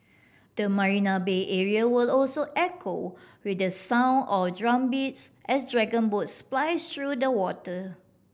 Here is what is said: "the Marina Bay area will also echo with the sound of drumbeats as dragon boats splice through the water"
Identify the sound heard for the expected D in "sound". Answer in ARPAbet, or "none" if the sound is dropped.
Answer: none